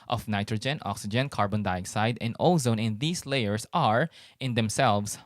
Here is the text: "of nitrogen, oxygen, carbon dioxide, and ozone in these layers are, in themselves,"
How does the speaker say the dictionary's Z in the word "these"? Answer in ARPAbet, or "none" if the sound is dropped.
S